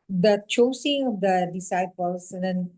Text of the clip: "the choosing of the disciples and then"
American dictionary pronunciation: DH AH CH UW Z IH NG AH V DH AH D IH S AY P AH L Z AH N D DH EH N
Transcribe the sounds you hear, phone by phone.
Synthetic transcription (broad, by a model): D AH CH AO S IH NG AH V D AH D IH S AY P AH L S AH N D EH N